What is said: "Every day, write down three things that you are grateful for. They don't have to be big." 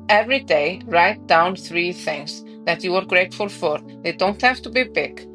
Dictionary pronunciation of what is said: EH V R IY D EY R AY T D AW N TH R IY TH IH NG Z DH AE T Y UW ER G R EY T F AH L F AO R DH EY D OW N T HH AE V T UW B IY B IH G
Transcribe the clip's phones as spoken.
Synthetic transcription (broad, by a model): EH V R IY D EY R AY T D AW N TH R IY TH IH NG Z DH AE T Y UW ER G R EY T F AH L F AO R DH EY D OW N T HH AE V T UW B IY B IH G